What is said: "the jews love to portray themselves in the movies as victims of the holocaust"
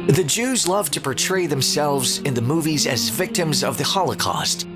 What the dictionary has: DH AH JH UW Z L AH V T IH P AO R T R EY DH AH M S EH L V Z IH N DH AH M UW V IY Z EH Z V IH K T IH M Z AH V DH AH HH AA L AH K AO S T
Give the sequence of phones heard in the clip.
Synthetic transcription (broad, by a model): DH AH JH UW Z L AH V T IH P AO R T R EY DH AH M S EH L V Z IH N DH AH M UW V IY Z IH Z V IH K T IH M Z AH V DH AH HH AA L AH K AO S T